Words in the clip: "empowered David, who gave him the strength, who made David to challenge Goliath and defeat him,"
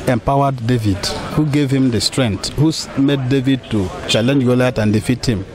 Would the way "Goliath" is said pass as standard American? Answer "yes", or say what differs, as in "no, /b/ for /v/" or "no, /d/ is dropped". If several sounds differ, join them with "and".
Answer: no, /t/ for /θ/